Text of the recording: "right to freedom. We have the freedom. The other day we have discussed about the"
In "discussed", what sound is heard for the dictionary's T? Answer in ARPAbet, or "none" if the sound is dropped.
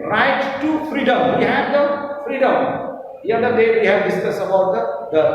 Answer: none